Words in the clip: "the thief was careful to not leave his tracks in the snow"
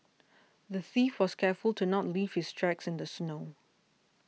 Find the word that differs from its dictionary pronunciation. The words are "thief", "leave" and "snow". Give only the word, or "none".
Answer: none